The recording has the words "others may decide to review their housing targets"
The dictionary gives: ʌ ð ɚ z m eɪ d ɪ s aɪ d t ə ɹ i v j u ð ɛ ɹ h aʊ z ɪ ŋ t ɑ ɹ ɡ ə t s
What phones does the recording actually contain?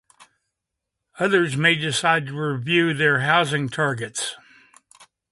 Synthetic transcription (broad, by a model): ʌ ð ɚ z m eɪ d ɪ s aɪ d t ə ɹ i v j u ð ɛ ɹ h aʊ z ɪ ŋ t ɑ ɹ ɡ ə t s